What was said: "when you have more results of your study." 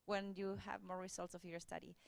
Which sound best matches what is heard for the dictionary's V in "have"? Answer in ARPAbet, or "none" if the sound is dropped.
V